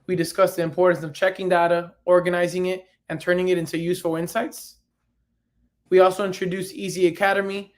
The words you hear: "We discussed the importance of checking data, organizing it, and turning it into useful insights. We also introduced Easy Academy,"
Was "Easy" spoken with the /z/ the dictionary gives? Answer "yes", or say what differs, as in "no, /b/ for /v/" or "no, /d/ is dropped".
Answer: yes